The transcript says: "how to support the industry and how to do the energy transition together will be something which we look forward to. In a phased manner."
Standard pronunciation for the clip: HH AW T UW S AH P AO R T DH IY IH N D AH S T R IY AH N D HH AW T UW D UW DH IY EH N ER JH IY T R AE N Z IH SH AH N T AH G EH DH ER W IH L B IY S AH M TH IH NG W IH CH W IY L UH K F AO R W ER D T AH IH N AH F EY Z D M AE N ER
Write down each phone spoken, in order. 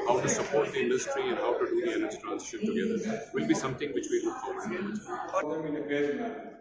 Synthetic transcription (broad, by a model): HH AW T UW S AH P AO R T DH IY IH N D AH S T R IY AH N D HH AW T UW D UW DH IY EH N ER JH IY T R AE N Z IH SH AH N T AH G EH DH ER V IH L B IY S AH M T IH NG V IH CH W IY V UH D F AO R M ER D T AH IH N AH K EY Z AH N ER